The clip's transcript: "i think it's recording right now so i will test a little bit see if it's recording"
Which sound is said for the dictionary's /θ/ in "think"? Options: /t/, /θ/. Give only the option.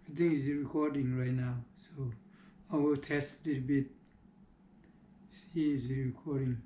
/t/